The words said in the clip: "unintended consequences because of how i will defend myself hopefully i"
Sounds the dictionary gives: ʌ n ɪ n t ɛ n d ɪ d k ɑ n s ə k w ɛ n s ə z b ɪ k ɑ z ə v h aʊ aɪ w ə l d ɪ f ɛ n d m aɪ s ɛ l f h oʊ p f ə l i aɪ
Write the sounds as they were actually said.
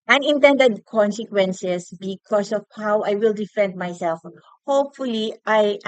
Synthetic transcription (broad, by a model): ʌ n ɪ n t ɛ n d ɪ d k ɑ n s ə k w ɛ n s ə s b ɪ k ɑ s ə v h aʊ aɪ w ə l d ɪ f ɛ n d m aɪ s ɛ l f h oʊ p f ə l i aɪ